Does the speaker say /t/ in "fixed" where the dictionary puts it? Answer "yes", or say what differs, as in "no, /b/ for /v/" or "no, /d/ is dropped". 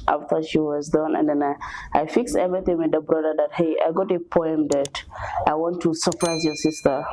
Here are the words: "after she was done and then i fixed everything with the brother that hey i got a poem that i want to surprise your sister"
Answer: no, /t/ is dropped